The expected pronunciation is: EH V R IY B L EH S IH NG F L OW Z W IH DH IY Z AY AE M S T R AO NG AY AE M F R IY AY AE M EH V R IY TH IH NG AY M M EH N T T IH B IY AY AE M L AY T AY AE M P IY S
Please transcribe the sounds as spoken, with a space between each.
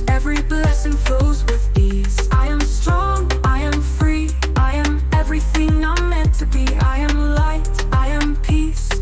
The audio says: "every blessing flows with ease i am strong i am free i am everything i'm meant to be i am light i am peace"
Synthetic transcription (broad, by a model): EH V R IY B L EH S IH NG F OW Z W IH DH IY Z AY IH M S T R AO NG AY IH M F R IY AY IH M EH V R IY TH IH NG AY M M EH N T T IH B IY AY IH M L AY T AY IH M P IY S